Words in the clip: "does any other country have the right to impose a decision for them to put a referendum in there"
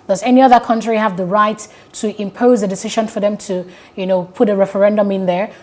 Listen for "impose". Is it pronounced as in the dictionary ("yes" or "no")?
yes